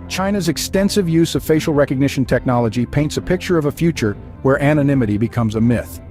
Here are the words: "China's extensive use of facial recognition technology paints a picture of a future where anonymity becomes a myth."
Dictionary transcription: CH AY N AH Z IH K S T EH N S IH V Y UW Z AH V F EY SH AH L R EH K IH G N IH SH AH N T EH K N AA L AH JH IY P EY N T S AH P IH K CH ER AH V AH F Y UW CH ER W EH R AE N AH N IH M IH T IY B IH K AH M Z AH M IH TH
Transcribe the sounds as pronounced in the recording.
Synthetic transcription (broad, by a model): CH AY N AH Z IH K S T EH N S IH V Y UW Z AH V F EY SH L R EH K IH G N IH SH N T EH K N AA L AH JH IY P EY N T S AH P IH K CH ER AH V AH F Y UW CH ER W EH R AE N AH N IH M IH T IY B IH K AH M Z AH M IH TH